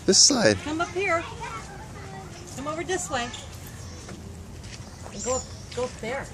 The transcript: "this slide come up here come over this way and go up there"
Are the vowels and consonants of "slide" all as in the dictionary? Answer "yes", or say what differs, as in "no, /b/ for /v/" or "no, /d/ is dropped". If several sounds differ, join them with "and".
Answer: no, /l/ is dropped